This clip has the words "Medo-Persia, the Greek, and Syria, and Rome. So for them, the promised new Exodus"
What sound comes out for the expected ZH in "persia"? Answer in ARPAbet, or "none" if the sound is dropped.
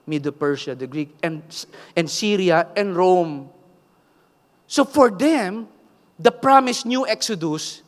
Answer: SH